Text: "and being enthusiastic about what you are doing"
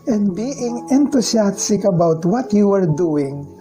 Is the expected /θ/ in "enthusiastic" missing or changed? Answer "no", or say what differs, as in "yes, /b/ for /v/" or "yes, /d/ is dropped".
yes, /t/ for /θ/